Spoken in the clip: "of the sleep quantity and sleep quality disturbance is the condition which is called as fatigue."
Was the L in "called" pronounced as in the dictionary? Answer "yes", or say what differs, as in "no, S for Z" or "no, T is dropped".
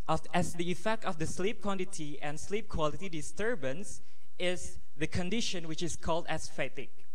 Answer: yes